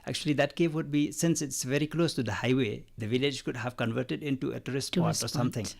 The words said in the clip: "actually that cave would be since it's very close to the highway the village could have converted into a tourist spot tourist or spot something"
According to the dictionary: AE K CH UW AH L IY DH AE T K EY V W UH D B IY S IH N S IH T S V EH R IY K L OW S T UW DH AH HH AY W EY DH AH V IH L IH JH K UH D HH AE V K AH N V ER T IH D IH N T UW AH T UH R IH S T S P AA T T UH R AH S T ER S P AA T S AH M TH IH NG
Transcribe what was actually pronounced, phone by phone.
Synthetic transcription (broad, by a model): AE K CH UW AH L IY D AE T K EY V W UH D B IY S IH N S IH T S V EH R IY K L OW S T UW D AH HH AY W EY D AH V IH L IH JH K UH D HH AE V K AH N V ER T IH D IH N T UW AH T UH R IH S S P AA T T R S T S AA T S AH M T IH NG